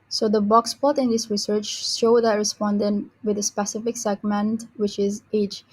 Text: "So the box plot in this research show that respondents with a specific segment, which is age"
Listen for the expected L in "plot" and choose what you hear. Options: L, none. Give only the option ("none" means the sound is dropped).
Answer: none